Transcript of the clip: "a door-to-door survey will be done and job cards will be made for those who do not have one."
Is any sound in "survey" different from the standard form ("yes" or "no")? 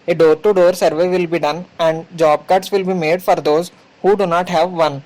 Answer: no